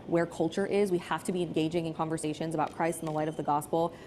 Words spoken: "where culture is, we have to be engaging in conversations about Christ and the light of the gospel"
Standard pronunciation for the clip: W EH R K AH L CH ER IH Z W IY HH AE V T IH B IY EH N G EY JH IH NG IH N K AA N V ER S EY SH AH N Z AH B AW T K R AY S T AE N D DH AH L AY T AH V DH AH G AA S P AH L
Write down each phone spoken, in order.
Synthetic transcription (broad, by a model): W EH R K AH L CH ER IH Z W IY HH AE F T IH B IY EH N G EY JH IH NG IH N K AA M V ER S EY SH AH N Z AH B AW T K R AY S T N DH AH L AY T AH V DH AH G AA S P L